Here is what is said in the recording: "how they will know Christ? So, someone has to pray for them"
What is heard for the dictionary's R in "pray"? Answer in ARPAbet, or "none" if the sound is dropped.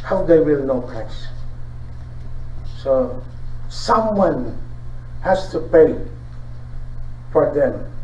none